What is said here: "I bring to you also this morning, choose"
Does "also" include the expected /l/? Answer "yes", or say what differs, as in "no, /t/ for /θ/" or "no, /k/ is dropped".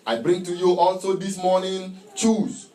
yes